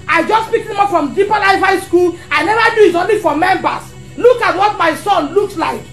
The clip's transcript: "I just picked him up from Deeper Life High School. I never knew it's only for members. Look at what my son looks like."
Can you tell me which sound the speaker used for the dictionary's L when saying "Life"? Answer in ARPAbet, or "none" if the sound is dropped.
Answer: N